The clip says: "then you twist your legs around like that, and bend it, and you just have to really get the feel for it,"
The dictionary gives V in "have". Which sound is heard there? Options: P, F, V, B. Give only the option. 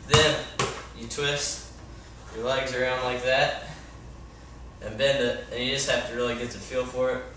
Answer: F